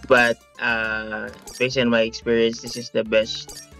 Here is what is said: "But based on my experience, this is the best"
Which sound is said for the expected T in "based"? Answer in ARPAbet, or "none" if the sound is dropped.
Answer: none